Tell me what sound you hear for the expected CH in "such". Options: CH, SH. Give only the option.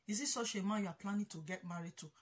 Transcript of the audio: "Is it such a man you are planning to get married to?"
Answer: SH